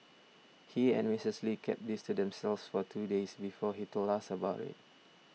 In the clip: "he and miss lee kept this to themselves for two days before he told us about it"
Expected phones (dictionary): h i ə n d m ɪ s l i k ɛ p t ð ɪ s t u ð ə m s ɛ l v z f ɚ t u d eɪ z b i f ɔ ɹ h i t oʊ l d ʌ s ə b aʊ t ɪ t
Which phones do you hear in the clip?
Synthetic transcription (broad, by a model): h i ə n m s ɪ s l i k ɛ p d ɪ s t u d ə m s ɛ l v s f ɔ t u d eɪ s b i f ɔ h i t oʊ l ɑ s ə b aʊ t ɪ t